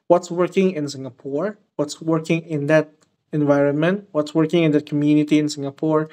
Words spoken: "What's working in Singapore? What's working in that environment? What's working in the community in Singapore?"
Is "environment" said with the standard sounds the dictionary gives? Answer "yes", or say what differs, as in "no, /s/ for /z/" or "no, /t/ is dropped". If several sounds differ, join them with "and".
yes